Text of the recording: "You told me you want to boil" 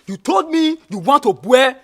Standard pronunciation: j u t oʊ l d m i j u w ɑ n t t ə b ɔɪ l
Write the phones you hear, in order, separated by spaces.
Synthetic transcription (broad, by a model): j u t oʊ l d m i j u w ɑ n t t ə b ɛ